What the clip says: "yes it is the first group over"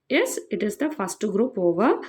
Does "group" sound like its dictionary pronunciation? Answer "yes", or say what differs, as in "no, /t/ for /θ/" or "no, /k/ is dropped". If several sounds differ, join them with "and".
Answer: yes